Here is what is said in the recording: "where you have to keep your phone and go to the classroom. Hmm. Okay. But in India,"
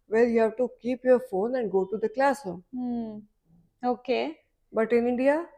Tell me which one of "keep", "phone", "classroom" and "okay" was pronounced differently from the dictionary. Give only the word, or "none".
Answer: classroom